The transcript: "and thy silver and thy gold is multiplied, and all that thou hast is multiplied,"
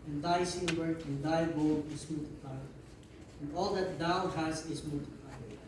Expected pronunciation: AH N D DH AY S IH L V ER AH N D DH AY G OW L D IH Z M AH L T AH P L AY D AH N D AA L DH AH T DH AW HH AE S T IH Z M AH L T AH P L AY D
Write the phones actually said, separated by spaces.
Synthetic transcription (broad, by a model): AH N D AY S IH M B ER AH N D AY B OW D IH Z M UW L T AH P L AY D AH N D AA L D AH T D AW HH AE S IH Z M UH L T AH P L AY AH